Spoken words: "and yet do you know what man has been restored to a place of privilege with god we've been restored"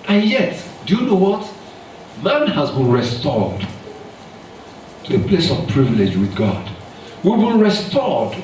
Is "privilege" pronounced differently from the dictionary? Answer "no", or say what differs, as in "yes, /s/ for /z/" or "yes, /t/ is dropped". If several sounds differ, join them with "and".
no